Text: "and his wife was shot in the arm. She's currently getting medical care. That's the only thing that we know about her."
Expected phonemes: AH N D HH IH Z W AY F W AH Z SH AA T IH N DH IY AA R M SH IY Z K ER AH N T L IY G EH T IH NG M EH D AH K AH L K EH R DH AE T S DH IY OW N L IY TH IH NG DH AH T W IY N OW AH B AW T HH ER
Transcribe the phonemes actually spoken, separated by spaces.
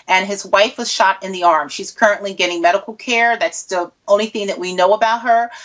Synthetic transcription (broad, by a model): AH N IH Z W AY F W AH Z SH AA T IH N DH IY AA R M SH IY Z K ER AH N T L IY G EH T IH NG M EH D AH K L K EH R DH AE T S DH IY OW N L IY TH IH NG DH AH T W IY N OW AH B AW T HH ER